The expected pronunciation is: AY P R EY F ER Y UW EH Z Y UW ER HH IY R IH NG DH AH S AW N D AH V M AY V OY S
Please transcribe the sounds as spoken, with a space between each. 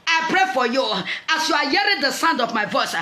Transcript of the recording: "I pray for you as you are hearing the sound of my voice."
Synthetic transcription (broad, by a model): AY P R EY F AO Y UW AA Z Y UW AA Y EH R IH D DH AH S AW N D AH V M AY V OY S